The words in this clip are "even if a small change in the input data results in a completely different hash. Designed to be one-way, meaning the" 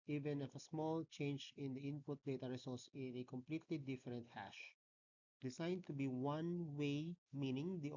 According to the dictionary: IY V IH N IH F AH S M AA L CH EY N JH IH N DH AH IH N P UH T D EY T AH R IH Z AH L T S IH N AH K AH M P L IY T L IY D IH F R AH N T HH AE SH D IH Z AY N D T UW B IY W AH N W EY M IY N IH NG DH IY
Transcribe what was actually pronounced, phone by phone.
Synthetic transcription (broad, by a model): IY V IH N IH F AH S M AA L CH EY N JH IH N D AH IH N P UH T D EY T AH R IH S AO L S IH N AH K AH M P L IY T L IY D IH F R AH N T HH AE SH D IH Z AY N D T UW B IY W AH N W EY M IY N IH NG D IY